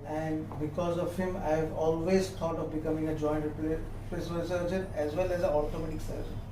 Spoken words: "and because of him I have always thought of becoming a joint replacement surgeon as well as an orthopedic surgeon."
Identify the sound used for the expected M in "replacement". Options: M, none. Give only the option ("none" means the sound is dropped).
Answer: none